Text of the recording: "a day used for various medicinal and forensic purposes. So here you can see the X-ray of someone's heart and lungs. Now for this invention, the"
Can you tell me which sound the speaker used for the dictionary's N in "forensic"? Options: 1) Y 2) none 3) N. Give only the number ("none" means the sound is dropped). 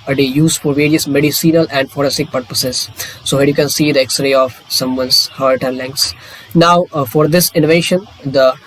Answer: 2